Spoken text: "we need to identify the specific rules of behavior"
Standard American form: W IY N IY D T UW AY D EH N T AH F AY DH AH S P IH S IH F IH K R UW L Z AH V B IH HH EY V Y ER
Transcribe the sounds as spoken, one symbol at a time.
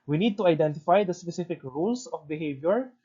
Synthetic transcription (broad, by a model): W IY N IY D T UW AY D EH N T AH F AY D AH S P IH S IH F IH K R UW L S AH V B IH HH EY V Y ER